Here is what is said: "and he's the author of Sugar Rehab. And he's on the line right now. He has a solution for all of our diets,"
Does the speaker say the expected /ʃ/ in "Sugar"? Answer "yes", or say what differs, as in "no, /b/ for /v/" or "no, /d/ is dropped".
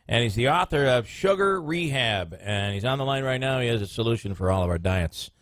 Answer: yes